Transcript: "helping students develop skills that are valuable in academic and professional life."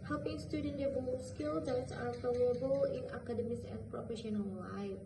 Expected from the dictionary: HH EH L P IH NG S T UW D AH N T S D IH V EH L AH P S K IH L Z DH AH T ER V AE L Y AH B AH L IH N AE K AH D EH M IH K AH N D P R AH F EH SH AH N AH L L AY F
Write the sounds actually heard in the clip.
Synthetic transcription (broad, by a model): HH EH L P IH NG S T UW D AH N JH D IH B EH AH S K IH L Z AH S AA F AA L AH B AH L IH N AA K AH D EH M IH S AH N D P R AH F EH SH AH N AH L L AY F